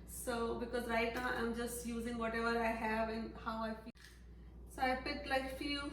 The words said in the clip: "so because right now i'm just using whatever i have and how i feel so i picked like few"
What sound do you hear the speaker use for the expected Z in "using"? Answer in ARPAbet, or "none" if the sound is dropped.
Z